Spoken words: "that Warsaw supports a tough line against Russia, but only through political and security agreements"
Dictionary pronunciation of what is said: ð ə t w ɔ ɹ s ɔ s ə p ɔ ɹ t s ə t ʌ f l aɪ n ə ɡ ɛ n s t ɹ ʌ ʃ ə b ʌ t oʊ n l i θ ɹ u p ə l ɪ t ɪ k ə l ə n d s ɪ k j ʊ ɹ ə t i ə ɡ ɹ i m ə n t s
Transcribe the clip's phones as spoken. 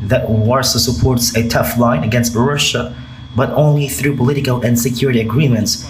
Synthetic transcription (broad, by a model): ð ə t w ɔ ɹ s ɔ s ə p ɔ ɹ t s ə t ʌ f l aɪ n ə ɡ ɛ n s t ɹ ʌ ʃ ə b ʌ t oʊ n l i θ ɹ u p ə l ɪ t ɪ k ə l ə n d s ɪ k j ʊ ɹ ə t i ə ɡ ɹ i m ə n t s